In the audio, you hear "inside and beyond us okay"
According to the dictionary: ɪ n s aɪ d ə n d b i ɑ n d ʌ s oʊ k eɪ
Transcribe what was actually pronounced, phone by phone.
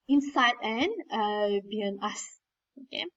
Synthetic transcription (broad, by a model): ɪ n s aɪ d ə n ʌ b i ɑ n ʌ s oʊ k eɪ